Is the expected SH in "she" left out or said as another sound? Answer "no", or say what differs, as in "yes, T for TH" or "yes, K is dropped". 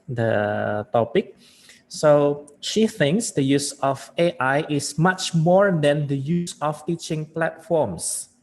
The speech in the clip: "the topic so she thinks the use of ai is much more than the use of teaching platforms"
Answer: no